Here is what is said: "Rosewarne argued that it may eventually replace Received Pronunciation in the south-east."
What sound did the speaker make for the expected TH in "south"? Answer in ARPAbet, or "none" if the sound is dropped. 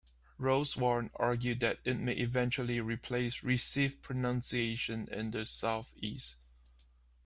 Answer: TH